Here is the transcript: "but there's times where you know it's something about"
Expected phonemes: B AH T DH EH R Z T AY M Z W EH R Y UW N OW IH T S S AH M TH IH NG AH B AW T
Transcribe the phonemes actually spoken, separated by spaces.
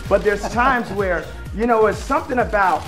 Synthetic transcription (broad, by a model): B AH T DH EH R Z T AY M Z W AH R Y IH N OW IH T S S AH M TH IH NG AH B AW T